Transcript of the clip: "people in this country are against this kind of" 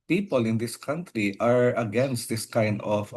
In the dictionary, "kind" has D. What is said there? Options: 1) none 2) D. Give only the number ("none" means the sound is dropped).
2